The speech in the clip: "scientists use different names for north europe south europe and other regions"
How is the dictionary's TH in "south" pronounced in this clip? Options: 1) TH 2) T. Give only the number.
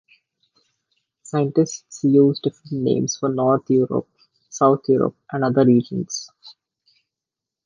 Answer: 2